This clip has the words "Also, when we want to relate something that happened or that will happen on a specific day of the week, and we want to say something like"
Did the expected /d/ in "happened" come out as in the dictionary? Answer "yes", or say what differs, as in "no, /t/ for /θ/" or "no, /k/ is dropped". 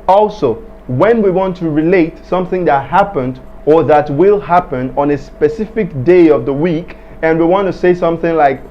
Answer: yes